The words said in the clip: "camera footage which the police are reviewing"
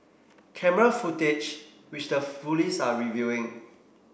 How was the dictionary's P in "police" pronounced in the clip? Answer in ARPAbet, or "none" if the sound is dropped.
F